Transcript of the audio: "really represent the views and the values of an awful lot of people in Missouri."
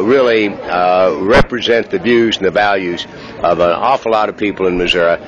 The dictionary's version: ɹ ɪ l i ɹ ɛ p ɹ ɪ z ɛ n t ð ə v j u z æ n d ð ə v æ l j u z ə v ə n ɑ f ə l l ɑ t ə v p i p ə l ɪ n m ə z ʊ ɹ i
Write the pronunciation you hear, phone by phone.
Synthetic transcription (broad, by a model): ɹ ɪ l i ɹ ɛ p ɹ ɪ z ɛ n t ð ə v j u z n ð ə v æ l j u z ə v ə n ɑ f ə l l ɑ t ə v p i p l ɪ n m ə z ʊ ɹ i